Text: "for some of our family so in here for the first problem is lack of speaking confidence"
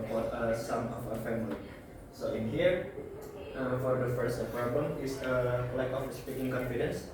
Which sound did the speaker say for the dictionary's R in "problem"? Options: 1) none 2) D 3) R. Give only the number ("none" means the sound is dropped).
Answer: 1